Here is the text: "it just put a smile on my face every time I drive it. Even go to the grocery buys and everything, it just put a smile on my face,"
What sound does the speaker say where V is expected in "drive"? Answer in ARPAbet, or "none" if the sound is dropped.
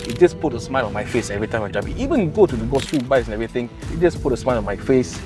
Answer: P